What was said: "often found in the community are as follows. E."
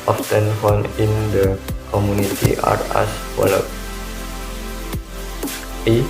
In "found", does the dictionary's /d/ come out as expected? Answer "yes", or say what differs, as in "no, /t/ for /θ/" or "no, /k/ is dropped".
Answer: no, /d/ is dropped